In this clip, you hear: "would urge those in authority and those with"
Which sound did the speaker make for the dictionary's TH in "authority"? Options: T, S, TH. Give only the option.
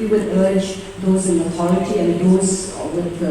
T